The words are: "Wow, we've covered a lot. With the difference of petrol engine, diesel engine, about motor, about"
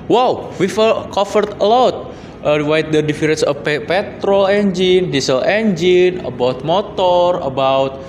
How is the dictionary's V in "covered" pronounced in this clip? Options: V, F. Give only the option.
F